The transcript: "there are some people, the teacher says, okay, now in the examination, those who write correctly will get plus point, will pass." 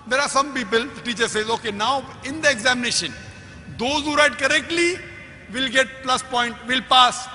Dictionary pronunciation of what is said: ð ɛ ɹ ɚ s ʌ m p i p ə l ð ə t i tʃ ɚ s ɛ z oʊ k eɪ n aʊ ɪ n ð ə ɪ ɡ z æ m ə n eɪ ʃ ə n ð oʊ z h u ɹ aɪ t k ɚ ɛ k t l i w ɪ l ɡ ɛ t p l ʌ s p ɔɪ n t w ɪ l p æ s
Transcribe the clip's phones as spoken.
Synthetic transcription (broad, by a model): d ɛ ɹ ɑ s ʌ m p i p ə l t i tʃ ɚ s ɛ z oʊ k eɪ n aʊ ɪ n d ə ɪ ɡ z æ m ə n eɪ ʃ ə n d oʊ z h u ɹ aɪ t k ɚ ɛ k t l i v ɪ l ɡ ɛ t p l ʌ s p ɔɪ n t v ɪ l p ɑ s